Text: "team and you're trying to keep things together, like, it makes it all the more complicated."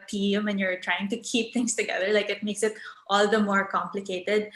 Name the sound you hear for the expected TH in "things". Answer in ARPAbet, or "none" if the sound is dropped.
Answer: T